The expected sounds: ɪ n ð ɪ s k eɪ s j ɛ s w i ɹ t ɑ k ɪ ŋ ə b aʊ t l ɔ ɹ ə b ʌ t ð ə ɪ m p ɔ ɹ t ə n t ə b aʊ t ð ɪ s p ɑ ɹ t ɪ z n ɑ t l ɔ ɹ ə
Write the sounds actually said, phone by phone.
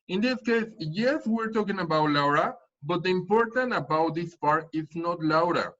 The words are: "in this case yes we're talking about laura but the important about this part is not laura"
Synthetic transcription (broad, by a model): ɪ n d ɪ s k eɪ s j ɛ s w i ɹ t ɑ k ɪ ŋ ə b aʊ t l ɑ ɹ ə b ʌ t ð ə ɪ m p ɔ ɹ t ə n t ə b aʊ t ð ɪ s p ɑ ɹ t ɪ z n ɑ t l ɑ ɹ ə